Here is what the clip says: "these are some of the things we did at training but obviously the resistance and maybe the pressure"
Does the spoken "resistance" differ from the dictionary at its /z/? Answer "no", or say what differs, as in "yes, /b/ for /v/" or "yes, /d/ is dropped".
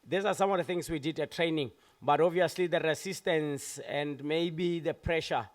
yes, /s/ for /z/